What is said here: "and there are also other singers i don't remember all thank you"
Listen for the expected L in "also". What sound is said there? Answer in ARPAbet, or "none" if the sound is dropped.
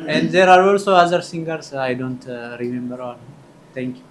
L